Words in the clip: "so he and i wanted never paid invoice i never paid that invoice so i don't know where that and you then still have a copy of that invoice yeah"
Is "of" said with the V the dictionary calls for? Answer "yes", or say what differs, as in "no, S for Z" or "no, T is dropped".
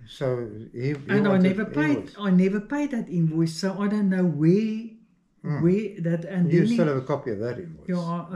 yes